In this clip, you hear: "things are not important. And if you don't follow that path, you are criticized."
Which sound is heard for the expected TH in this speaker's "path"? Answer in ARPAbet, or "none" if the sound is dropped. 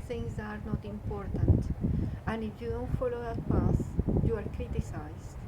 S